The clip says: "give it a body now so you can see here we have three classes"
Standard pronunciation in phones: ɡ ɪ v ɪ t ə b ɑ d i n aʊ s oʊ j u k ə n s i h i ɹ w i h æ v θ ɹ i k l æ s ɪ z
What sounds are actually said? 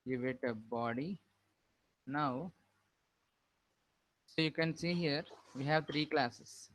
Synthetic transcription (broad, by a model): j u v ɪ t ə b ɑ d i n aʊ s oʊ j u k ə n s i h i ɹ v i h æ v t ɹ i k l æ s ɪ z